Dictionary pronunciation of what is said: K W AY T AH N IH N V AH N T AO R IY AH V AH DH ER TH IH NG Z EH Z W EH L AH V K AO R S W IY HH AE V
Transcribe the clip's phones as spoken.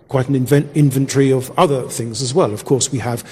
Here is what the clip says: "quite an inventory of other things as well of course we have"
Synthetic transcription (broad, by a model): K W AY T N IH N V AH N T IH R IY AH V AH DH ER TH IH NG Z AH Z W EH L AH V K AO R S W IY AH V